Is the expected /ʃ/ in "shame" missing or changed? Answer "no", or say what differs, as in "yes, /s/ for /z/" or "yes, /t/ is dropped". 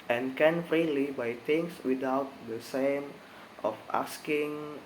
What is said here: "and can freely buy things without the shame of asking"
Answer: yes, /s/ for /ʃ/